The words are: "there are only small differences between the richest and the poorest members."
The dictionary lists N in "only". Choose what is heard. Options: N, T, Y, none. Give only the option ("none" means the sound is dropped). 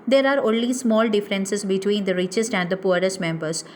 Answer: N